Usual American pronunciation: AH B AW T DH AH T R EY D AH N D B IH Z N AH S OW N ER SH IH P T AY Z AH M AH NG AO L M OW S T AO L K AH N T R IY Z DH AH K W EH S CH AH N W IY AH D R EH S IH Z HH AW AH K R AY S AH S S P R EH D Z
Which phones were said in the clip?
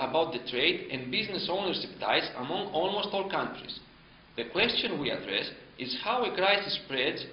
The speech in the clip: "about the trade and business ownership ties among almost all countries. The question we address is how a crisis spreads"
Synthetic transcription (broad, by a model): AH B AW T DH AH T R EY D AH N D B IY Z N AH S OW N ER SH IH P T AY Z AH M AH NG AO L M OW S T AO L K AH N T R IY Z DH AH K W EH S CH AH N W IY AH D R EH S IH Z HH AW AH K R AY S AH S S P R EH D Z